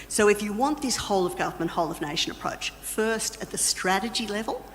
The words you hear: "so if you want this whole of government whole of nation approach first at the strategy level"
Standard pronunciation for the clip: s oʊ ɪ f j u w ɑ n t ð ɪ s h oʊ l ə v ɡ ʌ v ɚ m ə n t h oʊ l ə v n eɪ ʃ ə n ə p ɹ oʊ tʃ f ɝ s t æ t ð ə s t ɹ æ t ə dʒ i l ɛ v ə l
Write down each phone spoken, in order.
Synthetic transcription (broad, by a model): s oʊ ɪ f j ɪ w ɑ n ð ɪ s h oʊ l ə v ɡ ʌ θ m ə n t h oʊ l ə v n eɪ ʃ ə n ə p ɹ oʊ tʃ f ɝ s t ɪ t ð ə s t ɹ æ t ə dʒ i l ɛ v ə l